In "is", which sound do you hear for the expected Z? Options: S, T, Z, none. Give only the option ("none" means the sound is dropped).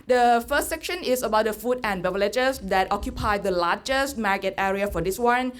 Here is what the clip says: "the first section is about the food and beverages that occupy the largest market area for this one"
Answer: S